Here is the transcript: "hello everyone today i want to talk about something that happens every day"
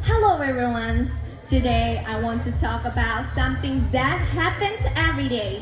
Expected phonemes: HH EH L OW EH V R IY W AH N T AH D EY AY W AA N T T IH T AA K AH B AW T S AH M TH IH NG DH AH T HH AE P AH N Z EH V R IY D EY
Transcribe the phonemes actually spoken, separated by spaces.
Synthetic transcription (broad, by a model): HH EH L OW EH R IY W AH N T AH D EY AY W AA N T T IH T AA K AH B AW T S AH M TH IH NG DH AH T HH AE P AH N Z EH V R IY D EY